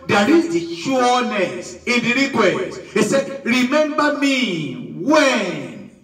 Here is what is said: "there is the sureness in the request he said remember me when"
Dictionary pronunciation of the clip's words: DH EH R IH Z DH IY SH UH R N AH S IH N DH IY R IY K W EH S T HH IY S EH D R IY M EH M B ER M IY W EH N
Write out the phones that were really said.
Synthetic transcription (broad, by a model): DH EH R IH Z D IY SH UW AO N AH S IH N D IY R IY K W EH T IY S EH D R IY M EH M B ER M IY W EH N